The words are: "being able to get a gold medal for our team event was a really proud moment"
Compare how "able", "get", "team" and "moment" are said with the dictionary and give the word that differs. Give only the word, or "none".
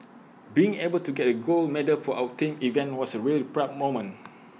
moment